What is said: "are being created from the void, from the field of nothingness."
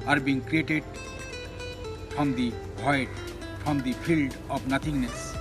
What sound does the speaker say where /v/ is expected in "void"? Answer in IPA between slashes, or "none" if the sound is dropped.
/b/